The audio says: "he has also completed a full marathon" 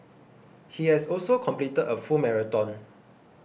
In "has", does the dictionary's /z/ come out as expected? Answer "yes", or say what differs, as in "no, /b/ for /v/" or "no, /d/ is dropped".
no, /s/ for /z/